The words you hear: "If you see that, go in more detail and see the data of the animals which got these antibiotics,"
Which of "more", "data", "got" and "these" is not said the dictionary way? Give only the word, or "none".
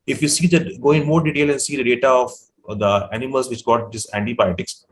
these